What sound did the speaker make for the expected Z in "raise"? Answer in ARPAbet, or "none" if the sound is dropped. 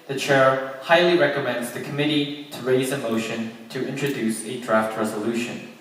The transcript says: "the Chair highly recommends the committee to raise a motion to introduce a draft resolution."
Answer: Z